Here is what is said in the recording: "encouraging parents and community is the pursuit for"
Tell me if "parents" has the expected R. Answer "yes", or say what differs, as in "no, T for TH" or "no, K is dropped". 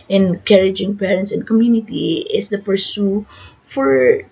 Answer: yes